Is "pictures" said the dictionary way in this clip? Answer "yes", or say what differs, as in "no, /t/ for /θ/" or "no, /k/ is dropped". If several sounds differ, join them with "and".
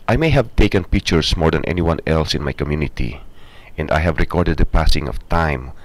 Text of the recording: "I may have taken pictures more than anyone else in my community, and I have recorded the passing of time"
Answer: no, /s/ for /z/